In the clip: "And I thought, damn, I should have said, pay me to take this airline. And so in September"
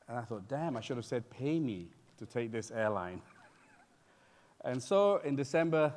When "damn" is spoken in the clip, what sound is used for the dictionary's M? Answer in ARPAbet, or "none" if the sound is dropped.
M